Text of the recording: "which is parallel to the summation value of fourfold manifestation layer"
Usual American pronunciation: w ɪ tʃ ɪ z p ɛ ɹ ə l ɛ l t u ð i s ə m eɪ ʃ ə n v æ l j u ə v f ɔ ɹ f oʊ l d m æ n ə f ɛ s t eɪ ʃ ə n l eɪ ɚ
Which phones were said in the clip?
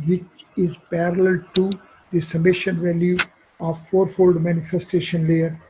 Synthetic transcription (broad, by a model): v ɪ tʃ ɪ z p ɛ ɹ ə l ɛ l t u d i s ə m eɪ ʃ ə n v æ l j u ə v f ɔ ɹ f oʊ l d m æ n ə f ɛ s t eɪ ʃ ə n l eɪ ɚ